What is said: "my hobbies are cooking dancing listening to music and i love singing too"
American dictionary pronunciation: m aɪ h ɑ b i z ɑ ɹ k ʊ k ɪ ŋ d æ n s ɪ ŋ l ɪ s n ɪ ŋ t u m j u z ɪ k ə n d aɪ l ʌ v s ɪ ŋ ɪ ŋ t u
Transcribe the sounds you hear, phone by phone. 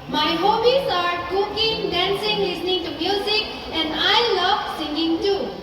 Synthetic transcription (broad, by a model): m aɪ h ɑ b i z ɑ ɹ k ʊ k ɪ ŋ d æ n s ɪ ŋ l ɪ s n ɪ ŋ t u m j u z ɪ k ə n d aɪ l ʌ v s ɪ ŋ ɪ ŋ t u